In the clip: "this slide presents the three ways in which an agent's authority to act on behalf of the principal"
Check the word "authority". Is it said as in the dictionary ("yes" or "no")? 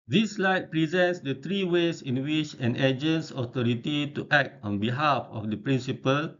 no